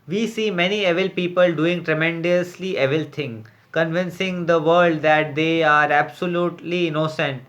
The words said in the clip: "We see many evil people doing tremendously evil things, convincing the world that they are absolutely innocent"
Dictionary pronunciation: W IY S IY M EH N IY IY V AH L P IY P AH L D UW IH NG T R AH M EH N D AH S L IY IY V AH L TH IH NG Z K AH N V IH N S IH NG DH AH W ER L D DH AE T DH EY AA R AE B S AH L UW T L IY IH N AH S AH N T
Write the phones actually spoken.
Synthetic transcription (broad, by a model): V IY S IY M EH N IY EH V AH L P IY P AH L D UW IH NG T R AH M EH N D AH S L IY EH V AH L T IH NG K AH N V IH N S IH NG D AH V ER L D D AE T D EY AA R AE B S AH L UW T L IY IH N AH S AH N T